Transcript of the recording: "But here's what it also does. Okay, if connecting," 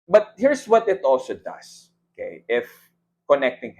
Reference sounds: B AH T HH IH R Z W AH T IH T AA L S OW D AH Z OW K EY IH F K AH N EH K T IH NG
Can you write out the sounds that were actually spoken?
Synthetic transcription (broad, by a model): B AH T HH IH R S W AH T IH T AA L S OW D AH S OW K EY IH F K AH N EH K T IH NG